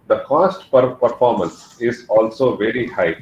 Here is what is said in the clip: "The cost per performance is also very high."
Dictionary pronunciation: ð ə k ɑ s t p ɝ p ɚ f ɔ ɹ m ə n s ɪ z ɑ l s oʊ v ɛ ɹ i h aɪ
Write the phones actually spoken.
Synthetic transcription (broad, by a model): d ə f ɑ s t p ɝ p ɚ f ɔ ɹ m ə n s ɪ z ɑ l s oʊ v ɛ ɹ i h aɪ